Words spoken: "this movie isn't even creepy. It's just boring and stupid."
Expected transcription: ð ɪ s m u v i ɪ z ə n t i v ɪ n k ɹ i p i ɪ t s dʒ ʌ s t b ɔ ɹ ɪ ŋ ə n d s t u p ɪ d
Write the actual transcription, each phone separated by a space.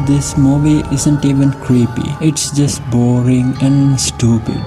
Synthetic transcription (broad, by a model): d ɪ s m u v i ɪ z ə n t i v ɪ n k ɹ i p i ɪ t s dʒ ʌ s t b ɔ ɹ ɪ ŋ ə n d s t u p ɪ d